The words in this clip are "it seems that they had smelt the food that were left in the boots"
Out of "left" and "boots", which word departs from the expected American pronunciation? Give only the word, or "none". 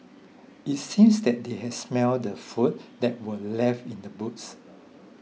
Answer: left